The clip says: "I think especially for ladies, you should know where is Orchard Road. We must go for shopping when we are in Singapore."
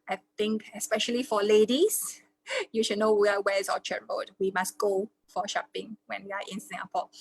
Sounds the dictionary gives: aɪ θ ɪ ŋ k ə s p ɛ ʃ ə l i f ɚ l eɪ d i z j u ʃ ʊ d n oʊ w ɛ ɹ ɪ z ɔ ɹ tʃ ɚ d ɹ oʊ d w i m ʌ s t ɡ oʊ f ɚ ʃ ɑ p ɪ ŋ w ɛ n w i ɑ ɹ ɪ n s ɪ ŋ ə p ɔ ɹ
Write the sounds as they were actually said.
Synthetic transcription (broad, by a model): aɪ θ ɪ ŋ k ə s p ɛ ʃ ə l i f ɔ l eɪ d i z j u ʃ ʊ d n oʊ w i w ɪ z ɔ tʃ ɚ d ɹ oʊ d w i m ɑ s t ɡ oʊ f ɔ ʃ ɑ p ɪ ŋ w ɛ n w i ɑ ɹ ɪ n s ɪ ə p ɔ